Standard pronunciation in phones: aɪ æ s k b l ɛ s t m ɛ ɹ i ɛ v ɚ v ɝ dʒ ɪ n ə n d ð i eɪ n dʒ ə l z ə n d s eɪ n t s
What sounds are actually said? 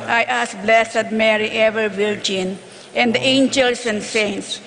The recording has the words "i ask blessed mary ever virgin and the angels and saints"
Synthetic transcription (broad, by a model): aɪ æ s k b l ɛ s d m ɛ ɹ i ɛ v ɚ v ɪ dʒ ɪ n ə n d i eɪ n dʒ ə l s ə n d s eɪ n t s